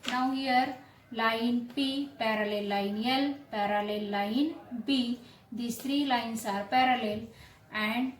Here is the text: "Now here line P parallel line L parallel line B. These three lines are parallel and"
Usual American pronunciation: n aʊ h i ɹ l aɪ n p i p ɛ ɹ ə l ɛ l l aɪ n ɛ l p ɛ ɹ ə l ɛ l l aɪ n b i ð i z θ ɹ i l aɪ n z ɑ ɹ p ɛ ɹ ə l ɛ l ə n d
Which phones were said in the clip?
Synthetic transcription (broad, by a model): n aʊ h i ɹ l aɪ n p i p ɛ ɹ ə l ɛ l l aɪ n ɛ l p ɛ ɹ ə l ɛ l l aɪ n b i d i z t ɹ i l aɪ n s ɑ ɹ p ɛ ɹ ə l ɛ l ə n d